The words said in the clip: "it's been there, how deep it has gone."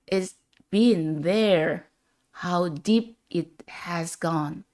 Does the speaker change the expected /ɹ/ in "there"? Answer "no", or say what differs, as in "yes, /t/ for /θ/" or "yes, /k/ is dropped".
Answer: no